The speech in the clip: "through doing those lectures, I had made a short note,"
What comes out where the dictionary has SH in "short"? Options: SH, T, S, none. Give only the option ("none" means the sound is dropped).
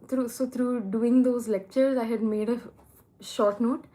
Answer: SH